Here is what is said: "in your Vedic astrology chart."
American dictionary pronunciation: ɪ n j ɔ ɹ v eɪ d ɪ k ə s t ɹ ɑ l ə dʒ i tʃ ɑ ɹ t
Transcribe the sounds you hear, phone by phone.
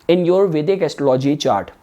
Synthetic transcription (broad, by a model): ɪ n j ɔ ɹ v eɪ d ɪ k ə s t ɑ l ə dʒ i tʃ ɑ ɹ t